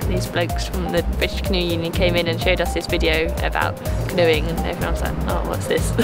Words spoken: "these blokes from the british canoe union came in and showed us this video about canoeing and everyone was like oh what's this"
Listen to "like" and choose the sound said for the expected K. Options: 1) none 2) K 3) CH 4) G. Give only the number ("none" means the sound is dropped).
1